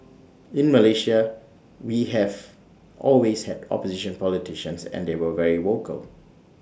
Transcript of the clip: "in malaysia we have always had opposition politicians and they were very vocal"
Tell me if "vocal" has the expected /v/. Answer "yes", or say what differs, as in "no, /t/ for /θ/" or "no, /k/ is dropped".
no, /w/ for /v/